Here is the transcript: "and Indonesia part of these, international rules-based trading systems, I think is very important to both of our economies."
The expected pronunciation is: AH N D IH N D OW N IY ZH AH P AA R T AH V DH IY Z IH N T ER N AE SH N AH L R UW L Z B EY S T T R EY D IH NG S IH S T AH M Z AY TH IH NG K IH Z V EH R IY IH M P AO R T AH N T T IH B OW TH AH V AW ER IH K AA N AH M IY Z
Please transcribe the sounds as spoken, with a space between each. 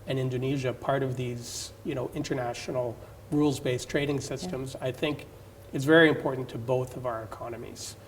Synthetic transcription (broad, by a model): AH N IH N D OW N IY ZH AH P AA R T AH V DH IY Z IH N T ER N AE SH N L R UW L Z B EY S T T R EY D IH NG S IH S T AH M Z AY TH IH NG K IH Z V EH R IY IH M P AO R T N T T IH B OW TH AH V AW ER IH K AA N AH M IY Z